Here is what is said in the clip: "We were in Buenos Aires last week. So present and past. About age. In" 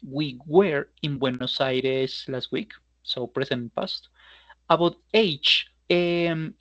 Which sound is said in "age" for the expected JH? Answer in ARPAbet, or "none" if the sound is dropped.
CH